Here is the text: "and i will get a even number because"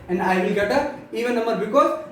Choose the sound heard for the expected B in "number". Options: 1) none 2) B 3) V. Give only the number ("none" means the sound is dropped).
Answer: 1